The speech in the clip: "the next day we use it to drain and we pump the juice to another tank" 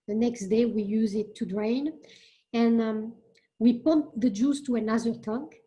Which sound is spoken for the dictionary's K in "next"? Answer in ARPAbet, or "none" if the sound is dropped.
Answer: K